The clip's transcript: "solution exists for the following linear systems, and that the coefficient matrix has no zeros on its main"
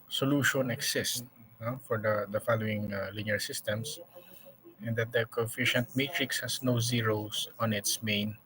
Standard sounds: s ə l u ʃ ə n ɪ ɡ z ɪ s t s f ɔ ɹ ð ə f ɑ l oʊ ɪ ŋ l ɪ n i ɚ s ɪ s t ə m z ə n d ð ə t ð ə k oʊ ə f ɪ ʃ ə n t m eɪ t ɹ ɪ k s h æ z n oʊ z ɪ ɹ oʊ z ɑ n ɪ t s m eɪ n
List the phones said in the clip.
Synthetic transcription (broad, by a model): s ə l u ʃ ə n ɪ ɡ s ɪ s t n f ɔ ɹ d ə f ɑ l oʊ ɪ ŋ l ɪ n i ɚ s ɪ s t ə m s ə n d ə t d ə k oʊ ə f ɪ ʃ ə n t m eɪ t ɹ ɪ k s h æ s n oʊ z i ɹ oʊ s ɑ n ɪ t s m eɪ n